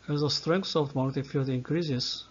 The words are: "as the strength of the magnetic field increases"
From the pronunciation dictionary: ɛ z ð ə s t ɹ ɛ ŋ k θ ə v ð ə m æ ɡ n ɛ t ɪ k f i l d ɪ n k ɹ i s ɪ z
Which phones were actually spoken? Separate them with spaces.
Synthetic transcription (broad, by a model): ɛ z ð ə s t ɹ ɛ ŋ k s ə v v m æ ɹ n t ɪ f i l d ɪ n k ɹ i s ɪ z